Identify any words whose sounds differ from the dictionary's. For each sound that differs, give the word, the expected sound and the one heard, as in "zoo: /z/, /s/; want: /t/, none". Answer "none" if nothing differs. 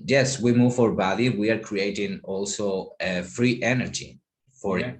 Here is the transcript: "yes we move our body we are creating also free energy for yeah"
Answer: none